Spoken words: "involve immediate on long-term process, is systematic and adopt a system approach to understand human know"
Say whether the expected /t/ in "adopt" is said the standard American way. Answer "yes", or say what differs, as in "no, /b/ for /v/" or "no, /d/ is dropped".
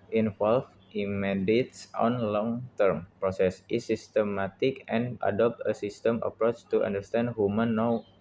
yes